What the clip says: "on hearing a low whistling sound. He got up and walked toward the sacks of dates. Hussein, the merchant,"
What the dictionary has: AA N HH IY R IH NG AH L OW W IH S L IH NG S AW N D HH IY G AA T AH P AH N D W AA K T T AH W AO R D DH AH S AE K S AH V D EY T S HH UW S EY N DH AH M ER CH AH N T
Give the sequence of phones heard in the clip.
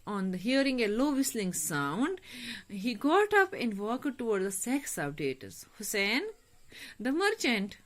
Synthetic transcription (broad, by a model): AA N HH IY R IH NG AH L OW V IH S L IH NG S AW N D HH IY G AA T AH P AH N D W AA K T T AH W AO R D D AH S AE K S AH P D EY T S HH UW S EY N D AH M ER CH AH N T